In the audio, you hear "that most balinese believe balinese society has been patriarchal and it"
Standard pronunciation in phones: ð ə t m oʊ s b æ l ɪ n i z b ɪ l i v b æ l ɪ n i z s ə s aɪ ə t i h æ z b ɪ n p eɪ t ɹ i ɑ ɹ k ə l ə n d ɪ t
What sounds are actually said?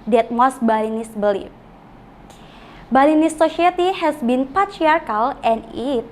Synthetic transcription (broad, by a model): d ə t m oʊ s b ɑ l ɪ n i s b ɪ l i f b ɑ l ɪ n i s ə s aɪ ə t i h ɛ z b ɪ n p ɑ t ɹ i ɑ ɹ k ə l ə n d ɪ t